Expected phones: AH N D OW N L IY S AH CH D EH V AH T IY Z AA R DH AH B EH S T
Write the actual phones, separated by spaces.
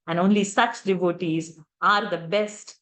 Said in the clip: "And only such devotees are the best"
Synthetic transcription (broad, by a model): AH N D OW N L IY S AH S D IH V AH T IY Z AA R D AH B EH S T